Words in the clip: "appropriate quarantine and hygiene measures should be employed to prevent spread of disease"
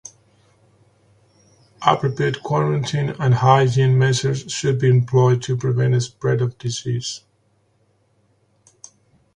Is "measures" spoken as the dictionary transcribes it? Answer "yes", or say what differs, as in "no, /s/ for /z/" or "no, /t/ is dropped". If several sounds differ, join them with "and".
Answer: no, /s/ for /ʒ/